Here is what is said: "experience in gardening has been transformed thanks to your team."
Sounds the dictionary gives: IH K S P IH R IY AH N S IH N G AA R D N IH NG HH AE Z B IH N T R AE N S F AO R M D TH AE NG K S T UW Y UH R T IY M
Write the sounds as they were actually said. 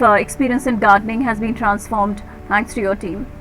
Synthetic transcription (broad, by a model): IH K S P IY R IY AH N S IH N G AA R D N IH NG HH AE Z B IH N T R AE N S F AO R M D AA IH K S T UW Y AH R T IY M